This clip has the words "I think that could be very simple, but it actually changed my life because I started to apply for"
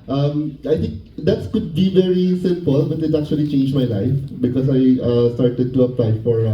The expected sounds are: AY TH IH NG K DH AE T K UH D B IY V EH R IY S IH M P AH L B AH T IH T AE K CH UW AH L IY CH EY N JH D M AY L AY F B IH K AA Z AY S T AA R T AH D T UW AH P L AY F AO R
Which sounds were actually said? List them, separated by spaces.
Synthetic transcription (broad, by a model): AY T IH NG K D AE T K UH D B IY V EH R IY S IH M P AH L B AH T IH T AE K CH UW AH L IY CH EY N JH M AY L AY F B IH K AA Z AY S T AA R T AH D T UW AH P L AY F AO R